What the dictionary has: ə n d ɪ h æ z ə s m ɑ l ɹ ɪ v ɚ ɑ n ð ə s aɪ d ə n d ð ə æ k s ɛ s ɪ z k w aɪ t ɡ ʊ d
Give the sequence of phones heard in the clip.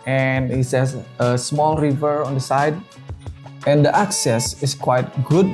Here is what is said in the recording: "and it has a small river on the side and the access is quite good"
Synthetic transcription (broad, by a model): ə n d ɪ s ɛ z ə s m ɑ l ɹ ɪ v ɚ ɑ n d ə s aɪ d ə n d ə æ k s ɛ s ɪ s k w aɪ t ɡ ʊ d